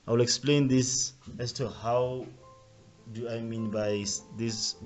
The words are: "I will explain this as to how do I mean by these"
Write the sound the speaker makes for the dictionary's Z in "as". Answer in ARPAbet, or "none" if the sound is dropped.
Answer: S